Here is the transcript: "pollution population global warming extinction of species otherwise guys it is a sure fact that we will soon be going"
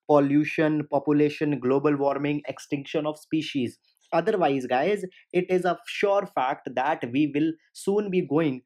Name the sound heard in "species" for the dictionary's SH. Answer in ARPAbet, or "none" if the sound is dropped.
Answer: SH